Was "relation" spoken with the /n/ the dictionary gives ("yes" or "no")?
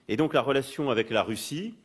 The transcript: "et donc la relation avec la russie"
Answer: no